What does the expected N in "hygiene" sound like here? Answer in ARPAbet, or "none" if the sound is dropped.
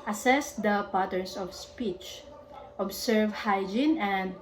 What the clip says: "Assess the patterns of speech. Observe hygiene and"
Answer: N